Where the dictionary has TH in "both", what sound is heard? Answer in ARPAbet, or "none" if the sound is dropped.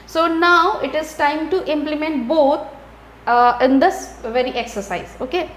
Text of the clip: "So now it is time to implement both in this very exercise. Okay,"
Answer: T